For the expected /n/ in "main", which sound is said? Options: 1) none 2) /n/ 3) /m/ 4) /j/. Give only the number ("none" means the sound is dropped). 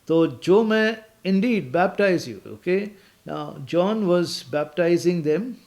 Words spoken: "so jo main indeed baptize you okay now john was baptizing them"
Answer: 1